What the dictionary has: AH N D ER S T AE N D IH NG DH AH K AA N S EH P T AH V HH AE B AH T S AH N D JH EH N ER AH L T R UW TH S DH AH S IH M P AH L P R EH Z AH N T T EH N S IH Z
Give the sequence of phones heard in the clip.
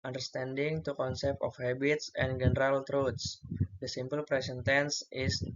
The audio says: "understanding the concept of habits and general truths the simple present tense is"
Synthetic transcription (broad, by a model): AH N D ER S T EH N D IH NG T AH K AA N S EH P T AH F HH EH B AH T S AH N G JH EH N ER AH L T R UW T S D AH S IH M P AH L P R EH S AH N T T EH N S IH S